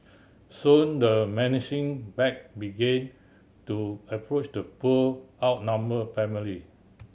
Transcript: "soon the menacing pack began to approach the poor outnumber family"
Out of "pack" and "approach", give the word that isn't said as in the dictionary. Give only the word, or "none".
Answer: pack